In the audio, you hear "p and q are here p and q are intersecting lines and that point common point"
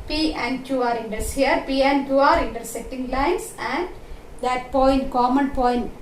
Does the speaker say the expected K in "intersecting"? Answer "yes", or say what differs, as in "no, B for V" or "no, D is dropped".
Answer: no, K is dropped